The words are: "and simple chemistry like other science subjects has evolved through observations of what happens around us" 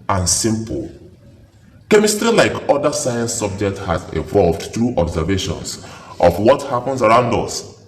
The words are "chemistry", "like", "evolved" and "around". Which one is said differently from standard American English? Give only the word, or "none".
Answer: none